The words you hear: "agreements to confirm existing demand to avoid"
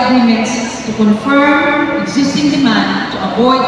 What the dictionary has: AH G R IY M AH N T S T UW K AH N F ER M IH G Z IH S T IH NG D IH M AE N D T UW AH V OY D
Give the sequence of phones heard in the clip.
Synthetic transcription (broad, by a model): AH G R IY M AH N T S T UW K AH N F ER M IH G Z IH S T IH NG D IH M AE N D T UW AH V OY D